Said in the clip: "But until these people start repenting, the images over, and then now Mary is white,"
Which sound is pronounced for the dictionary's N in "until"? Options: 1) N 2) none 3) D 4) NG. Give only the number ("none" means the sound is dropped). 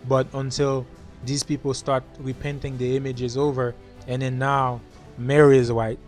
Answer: 1